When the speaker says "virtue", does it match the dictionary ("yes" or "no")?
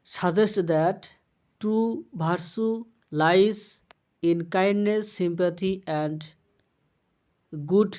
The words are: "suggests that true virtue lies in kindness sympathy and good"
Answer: no